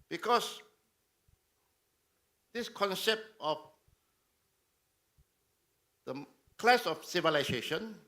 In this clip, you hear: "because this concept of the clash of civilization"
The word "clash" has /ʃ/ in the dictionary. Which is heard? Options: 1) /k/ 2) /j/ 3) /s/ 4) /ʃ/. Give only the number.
3